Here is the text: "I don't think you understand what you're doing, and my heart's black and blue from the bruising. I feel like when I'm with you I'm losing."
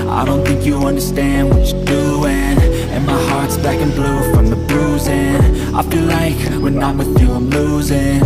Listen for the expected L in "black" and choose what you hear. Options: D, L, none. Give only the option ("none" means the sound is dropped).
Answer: none